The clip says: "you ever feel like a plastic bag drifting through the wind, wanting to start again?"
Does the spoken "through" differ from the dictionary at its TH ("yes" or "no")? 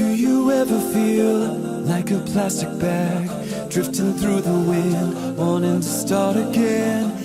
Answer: no